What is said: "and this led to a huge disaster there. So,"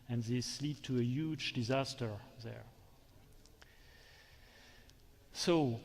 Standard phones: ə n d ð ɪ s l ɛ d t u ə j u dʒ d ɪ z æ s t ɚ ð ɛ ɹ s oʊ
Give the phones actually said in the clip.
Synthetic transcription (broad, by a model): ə n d ð ɪ s l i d t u ə j u dʒ d ɪ z æ s t ɚ ð ɛ ɹ s oʊ